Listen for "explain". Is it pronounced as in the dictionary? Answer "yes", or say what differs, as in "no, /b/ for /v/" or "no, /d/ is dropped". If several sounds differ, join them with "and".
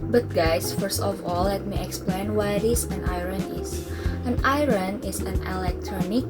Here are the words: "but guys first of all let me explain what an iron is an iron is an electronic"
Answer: yes